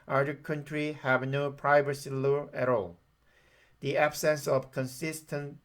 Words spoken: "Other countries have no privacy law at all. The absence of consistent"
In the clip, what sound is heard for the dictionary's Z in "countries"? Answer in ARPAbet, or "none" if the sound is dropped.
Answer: none